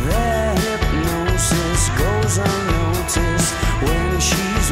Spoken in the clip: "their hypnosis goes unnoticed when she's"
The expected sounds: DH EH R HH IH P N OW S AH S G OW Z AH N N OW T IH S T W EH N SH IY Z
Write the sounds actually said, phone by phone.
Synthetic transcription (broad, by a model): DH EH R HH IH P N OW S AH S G OW AH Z N OW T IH S W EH N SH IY Z